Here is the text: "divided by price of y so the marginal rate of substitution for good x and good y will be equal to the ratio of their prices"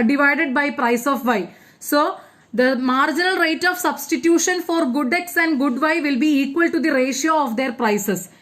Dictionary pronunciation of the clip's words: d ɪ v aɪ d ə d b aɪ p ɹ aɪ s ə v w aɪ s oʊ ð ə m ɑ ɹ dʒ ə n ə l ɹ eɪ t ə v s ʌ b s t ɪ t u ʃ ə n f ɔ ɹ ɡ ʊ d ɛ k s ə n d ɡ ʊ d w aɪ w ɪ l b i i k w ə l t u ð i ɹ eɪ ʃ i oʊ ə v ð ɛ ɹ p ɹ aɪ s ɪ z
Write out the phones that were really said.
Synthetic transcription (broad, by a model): d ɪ v aɪ d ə d b aɪ p ɹ aɪ s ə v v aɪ s oʊ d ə m ɑ ɹ dʒ ə n ə l ɹ eɪ t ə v s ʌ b s t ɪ t u ʃ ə n f ɔ ɹ ɡ ʊ d ɛ k s ə n d ɡ ʊ d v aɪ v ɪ l b i i k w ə l t u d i ɹ eɪ ʃ i oʊ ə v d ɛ ɹ p ɹ aɪ s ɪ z